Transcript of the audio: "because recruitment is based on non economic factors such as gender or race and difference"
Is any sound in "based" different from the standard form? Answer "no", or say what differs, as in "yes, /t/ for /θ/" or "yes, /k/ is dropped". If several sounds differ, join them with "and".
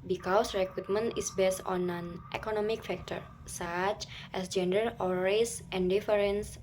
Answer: no